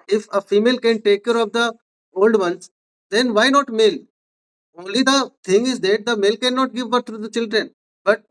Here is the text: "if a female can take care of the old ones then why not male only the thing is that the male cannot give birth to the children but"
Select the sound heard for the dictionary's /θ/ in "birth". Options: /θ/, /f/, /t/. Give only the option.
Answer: /t/